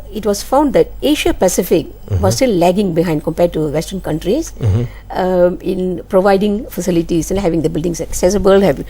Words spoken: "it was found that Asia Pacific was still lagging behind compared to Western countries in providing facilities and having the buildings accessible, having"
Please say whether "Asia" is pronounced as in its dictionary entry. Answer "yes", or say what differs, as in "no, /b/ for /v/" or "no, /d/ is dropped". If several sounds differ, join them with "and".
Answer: no, /ʃ/ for /ʒ/